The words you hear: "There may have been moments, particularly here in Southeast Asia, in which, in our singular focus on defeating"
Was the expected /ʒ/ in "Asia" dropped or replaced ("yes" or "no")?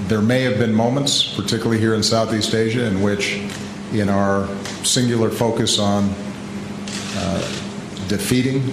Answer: no